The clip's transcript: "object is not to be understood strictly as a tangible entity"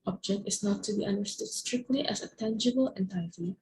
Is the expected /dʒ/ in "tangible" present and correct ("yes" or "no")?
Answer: yes